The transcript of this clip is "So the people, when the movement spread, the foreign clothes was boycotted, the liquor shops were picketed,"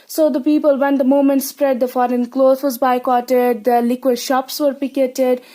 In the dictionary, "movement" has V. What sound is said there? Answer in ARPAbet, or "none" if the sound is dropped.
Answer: none